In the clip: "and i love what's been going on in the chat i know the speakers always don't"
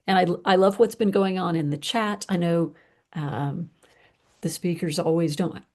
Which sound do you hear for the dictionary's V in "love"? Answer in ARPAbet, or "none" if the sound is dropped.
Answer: V